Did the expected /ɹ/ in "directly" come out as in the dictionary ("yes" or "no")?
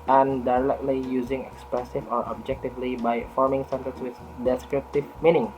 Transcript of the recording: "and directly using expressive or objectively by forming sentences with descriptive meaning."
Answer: no